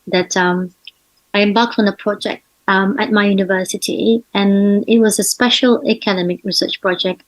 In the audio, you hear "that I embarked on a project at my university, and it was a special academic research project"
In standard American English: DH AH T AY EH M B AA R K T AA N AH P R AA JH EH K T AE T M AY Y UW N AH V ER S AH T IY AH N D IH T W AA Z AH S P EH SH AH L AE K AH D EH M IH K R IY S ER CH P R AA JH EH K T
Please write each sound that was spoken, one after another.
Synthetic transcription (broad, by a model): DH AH T AY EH M B AA L K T AA N AH P R AA JH EH K T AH T M AY Y UW N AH V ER S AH T IY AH N IH T W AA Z AH S P EH SH AH L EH K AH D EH M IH K R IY S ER CH P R AA JH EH K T